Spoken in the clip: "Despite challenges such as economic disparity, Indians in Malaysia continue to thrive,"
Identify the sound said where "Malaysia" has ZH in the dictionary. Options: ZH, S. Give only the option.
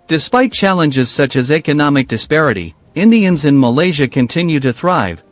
ZH